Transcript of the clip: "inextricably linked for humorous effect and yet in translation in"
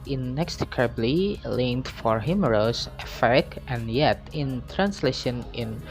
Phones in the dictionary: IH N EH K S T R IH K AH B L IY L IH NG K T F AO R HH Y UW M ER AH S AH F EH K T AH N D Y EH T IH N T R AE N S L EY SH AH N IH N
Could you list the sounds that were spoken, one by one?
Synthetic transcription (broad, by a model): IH N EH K S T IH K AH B L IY L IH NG T F AO R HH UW M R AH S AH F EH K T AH N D Y EH T IH N T R AE N S L EY SH AH N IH N